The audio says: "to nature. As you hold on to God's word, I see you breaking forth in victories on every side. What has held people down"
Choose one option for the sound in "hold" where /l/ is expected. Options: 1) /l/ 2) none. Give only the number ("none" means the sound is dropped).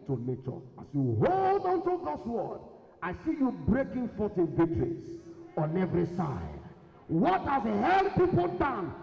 1